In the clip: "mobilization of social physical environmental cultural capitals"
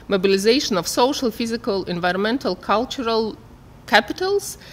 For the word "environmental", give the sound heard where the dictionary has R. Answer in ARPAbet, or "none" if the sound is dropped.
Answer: R